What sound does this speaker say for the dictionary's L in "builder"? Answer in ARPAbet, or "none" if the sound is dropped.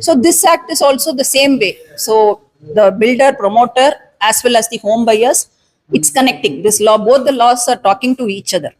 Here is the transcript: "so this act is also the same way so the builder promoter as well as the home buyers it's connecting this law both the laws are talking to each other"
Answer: L